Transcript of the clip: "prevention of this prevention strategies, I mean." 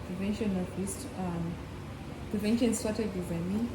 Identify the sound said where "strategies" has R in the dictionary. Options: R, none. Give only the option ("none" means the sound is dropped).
none